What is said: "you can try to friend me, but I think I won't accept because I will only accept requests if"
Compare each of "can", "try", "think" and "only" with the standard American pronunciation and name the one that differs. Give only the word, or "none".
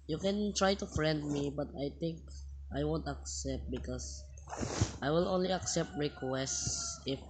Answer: think